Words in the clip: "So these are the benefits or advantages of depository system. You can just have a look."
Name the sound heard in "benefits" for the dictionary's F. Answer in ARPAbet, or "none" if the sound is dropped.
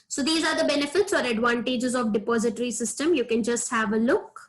F